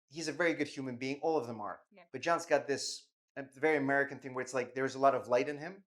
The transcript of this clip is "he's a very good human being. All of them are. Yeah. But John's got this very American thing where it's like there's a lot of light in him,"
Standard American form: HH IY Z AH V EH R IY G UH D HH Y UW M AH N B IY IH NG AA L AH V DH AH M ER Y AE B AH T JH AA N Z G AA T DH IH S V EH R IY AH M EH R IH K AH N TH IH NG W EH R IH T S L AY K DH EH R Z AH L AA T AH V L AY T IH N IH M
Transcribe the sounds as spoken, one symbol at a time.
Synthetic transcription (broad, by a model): HH IY Z AH V EH R IY G UH D HH Y UW M AH N B IY IH NG AA L AH V DH AH M ER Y B AH T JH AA N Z G AA T DH IH S V EH R IY AH M EH R IH K AH N TH IH NG W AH R IH T S L AY K DH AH R Z AH L AA T AH V L AY T IH N IH M